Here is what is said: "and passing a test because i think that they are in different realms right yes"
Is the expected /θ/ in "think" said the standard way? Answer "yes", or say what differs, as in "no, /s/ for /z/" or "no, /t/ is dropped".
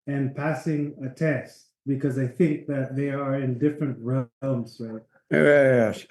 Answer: yes